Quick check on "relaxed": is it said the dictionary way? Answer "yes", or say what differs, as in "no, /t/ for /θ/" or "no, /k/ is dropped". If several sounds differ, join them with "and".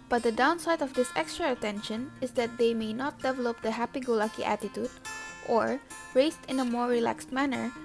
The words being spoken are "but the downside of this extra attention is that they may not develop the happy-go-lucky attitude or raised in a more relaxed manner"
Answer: yes